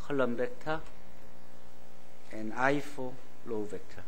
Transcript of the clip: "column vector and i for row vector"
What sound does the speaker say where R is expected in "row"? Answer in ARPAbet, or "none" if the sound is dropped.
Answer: L